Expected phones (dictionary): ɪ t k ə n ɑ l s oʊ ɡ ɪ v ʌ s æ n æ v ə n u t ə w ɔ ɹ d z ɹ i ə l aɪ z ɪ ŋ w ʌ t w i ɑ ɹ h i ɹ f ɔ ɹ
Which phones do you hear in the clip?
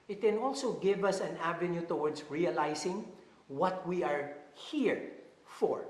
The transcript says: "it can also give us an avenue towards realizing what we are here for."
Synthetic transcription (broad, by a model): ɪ t k ə n ɑ l s oʊ ɡ ɪ v ʌ s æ n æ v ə n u t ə w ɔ ɹ d s ɹ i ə l aɪ s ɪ ŋ w ʌ t w i ɑ ɹ h i ɹ f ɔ ɹ